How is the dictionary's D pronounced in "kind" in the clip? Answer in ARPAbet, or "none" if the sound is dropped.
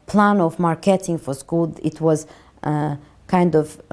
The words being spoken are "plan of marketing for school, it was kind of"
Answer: D